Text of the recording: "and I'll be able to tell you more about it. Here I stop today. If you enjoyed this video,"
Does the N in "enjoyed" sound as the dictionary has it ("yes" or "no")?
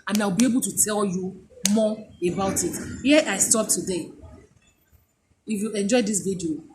yes